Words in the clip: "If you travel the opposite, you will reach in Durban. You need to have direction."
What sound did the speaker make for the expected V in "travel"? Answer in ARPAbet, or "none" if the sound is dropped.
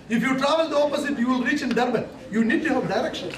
V